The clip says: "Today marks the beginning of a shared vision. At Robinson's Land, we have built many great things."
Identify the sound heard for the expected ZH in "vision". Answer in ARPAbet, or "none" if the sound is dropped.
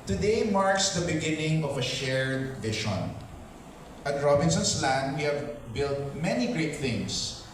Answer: SH